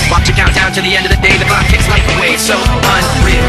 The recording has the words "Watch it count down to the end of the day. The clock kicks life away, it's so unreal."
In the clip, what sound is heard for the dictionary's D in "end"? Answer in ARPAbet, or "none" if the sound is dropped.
D